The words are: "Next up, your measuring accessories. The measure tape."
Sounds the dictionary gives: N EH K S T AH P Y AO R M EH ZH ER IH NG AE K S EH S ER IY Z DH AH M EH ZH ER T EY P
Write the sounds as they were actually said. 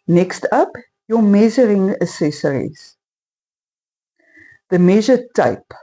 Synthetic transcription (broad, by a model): N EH K S T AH P Y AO M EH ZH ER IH NG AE S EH S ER IY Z DH AH M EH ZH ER T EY P